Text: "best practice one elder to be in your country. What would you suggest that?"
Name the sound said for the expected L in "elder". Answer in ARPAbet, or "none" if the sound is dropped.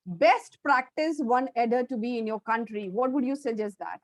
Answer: none